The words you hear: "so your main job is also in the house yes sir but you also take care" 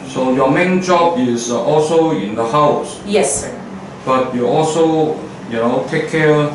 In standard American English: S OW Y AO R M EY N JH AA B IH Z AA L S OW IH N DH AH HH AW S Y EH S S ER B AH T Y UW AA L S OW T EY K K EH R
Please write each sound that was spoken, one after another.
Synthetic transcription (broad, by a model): S OW Y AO M EY N JH AA B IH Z AA L S OW IH N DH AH HH AW S Y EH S S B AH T Y UW AA L S OW T EY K K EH